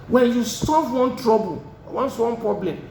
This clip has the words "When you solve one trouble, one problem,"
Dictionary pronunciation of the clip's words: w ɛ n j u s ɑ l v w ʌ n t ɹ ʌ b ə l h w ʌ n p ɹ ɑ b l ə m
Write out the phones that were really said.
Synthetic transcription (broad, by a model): w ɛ n j u s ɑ v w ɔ n t ɹ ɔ b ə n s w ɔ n p ɹ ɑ b l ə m